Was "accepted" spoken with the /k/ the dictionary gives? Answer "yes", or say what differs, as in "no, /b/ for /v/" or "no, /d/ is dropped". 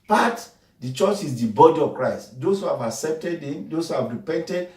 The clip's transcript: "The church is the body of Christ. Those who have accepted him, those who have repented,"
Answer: yes